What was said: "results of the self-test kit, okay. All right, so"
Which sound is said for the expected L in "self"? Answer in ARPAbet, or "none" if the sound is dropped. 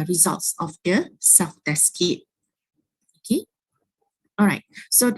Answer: none